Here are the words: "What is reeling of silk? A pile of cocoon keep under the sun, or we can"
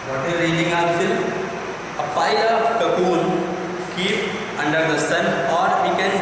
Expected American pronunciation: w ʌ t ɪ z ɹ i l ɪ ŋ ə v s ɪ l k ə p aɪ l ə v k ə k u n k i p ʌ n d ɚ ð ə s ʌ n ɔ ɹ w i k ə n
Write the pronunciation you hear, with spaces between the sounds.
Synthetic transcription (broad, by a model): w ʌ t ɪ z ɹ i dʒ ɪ ŋ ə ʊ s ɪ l ə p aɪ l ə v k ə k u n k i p ʌ n d ɚ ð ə s ʌ n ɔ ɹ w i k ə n